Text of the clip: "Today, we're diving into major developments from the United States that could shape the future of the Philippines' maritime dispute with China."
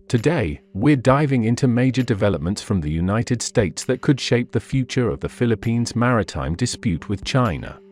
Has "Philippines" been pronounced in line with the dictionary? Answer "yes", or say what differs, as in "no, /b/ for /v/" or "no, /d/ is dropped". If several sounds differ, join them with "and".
yes